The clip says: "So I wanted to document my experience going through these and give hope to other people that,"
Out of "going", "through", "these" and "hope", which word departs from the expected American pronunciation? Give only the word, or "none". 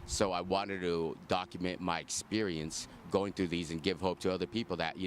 none